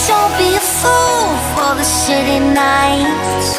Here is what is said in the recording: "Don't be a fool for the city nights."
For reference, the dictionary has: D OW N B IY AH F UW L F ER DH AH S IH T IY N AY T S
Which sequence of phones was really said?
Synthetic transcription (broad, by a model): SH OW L B IY AH F UW L F ER DH AH SH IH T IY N AY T